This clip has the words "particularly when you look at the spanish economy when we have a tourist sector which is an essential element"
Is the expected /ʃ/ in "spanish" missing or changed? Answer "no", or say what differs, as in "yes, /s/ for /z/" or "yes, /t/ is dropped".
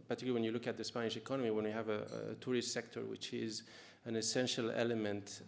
no